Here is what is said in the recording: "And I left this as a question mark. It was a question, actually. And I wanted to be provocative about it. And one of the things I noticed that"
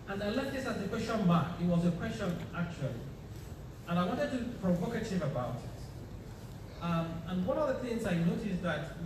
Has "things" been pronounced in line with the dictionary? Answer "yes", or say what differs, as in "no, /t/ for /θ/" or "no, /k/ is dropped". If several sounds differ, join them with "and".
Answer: yes